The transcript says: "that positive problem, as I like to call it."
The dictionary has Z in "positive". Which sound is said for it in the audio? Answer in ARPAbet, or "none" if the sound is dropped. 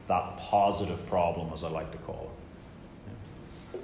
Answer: Z